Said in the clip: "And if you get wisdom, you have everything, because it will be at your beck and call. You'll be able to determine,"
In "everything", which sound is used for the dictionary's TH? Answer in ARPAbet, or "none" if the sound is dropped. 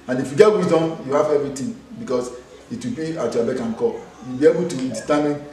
T